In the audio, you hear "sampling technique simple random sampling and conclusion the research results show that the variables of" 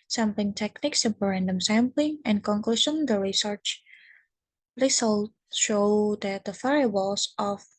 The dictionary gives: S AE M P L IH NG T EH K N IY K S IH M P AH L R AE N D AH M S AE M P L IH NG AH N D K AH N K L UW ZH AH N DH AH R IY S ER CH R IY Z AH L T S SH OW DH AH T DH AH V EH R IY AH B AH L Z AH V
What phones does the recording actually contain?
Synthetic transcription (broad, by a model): S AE M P L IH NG T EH K N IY K S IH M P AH R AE N D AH M S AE M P L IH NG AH N K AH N K L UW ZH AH N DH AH R IY S ER CH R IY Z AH L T SH OW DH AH T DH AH F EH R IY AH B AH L S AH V